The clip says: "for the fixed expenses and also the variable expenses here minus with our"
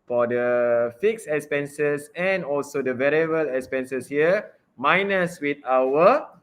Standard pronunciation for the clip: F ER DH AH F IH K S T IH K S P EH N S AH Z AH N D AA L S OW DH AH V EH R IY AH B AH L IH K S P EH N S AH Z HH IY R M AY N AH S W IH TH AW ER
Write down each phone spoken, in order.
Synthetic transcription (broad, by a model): F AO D AH F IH K S IH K S P EH N S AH S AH N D AA L S OW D AH V EH R IY AH B AH L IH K S P EH N S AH S HH IY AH M AY N AH S W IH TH AW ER